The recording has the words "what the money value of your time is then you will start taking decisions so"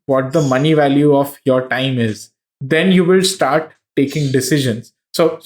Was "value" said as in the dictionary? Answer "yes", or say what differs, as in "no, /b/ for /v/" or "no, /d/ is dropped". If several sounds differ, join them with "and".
yes